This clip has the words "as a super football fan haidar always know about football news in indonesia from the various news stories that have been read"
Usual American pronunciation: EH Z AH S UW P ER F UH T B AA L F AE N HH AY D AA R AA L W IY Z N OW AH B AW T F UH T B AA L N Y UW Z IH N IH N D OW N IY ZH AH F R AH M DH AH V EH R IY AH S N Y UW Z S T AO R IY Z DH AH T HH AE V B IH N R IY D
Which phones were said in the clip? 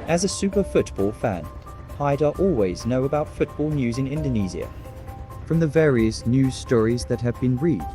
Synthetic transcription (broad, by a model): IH Z AH S UW P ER F UH T B AA L F AE N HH AY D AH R AA L W IY Z N OW AH B AW T F UH T B AA L N Y UW Z IH N IH N D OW N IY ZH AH F R AH M DH AH V EH R IY AH S N Y UW Z S T AO R IY Z DH AH T HH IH V B IH N R IY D